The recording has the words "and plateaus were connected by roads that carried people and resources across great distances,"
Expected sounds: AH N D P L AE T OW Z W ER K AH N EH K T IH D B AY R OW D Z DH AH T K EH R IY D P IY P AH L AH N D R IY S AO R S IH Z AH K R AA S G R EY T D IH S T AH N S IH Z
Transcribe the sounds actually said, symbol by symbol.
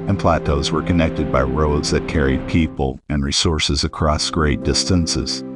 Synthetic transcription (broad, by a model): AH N P L AE T OW Z W ER K AH N EH K T IH D B AY R OW D Z DH AH T K EH R IY D P IY P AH L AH N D R IY S AO R S IH Z AH K R AA S G R EY T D IH S T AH N S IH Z